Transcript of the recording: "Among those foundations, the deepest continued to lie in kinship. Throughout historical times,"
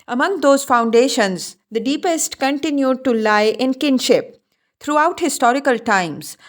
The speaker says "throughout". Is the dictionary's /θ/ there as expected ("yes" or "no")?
no